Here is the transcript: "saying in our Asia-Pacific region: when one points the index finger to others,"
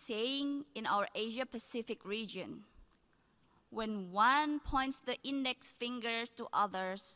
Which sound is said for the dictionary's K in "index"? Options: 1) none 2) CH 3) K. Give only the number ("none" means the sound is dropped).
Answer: 3